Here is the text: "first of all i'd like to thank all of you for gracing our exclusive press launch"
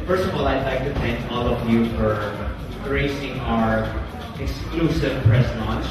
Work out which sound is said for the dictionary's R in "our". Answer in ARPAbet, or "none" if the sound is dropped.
R